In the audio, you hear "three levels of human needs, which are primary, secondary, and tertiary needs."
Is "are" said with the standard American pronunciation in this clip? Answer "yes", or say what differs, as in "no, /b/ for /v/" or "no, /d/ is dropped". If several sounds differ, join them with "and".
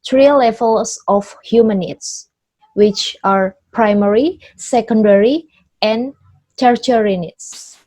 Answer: yes